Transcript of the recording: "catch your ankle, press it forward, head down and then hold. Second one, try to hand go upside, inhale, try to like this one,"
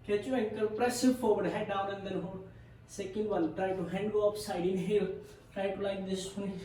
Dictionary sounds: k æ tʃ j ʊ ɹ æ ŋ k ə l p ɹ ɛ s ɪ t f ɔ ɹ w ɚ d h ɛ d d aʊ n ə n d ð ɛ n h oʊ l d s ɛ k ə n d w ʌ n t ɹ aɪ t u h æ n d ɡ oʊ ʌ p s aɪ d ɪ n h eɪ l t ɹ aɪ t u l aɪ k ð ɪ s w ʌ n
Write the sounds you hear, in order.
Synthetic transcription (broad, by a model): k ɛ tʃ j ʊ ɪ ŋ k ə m p ɹ ɛ s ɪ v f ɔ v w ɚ d h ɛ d d aʊ n ə n d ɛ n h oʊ d s ɛ k ə n d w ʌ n t ɹ aɪ t u h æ n d ɡ oʊ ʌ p s aɪ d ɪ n h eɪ l t ɹ aɪ t u l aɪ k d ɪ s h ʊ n